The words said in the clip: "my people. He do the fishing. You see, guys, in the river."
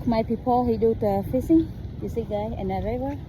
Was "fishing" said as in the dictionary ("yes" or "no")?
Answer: no